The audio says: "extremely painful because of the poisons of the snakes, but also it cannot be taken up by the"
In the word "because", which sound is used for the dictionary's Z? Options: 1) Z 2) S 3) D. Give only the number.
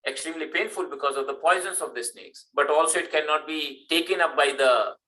1